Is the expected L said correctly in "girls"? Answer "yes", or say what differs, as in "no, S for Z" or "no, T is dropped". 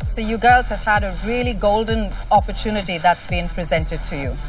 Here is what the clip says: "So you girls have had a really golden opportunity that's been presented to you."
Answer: yes